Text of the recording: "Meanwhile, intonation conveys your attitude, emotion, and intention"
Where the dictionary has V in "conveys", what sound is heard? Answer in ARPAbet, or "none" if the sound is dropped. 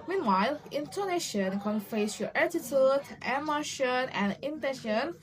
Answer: F